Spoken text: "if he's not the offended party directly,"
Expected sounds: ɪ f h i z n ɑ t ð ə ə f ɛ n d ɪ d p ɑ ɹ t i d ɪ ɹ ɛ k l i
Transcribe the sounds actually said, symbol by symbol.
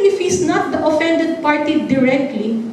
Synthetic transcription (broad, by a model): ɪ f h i s n ɑ t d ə ə f ɛ n d ɪ d p ɑ ɹ t i d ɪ ɹ ɛ k l i